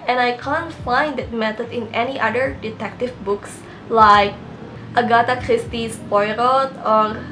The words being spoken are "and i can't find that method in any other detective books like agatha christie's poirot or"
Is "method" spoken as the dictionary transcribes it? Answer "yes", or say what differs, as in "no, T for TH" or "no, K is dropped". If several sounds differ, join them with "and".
no, T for TH